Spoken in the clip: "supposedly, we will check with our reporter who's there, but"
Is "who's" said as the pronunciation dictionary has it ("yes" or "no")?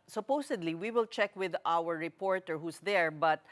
no